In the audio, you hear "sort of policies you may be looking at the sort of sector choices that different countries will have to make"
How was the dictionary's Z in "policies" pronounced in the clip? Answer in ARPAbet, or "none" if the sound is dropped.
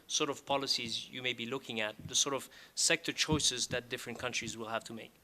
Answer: Z